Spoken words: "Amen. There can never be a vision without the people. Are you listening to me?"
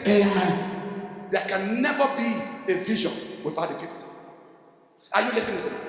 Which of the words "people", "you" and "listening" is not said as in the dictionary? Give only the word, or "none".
listening